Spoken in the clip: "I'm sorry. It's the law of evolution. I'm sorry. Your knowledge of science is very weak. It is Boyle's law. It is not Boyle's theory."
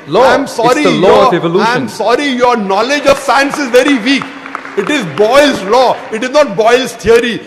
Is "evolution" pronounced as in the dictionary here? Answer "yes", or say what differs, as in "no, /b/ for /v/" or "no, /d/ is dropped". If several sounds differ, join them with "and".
no, /ʃ/ is dropped and /n/ is dropped